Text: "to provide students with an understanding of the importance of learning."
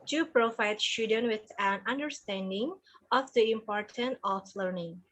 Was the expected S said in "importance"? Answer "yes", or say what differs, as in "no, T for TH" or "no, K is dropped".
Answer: no, S is dropped